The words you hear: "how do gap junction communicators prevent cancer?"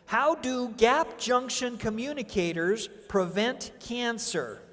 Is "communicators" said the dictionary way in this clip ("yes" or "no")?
yes